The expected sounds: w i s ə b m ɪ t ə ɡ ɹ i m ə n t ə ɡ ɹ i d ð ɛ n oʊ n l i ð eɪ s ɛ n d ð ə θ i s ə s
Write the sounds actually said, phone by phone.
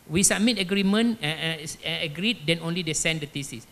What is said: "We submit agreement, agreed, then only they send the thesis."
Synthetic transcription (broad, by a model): w i s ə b m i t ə ɡ ɹ i m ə n ə ɡ ɹ i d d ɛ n oʊ n l i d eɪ s ɛ n d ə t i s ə s